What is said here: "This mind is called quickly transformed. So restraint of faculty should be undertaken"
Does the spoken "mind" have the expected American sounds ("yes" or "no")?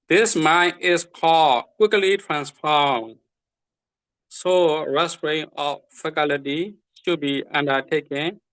no